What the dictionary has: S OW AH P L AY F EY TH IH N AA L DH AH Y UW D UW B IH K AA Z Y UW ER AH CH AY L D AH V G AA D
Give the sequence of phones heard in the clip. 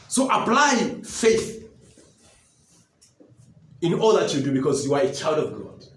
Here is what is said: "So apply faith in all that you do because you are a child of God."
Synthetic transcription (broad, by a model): S OW AH P L AY F EY TH IH N AA L DH AH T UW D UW B IH K AA Z Y UW ER AH CH AY L D AH V G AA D